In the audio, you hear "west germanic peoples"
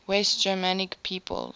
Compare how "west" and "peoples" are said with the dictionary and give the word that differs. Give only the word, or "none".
peoples